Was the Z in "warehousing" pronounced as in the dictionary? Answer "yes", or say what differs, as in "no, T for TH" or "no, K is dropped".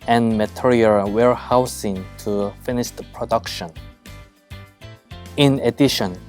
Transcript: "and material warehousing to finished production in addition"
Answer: no, S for Z